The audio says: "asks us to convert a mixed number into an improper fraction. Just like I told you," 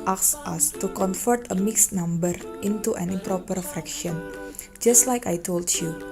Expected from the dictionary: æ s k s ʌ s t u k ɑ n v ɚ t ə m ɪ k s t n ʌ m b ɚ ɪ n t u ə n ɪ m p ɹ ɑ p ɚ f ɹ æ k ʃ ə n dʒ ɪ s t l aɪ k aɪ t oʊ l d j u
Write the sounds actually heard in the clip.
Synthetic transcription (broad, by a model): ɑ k s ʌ s t u k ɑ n f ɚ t ə m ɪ k s n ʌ m b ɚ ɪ n t u ə n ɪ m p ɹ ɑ p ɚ f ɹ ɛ k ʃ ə n dʒ ɪ s t l aɪ k aɪ t oʊ l d j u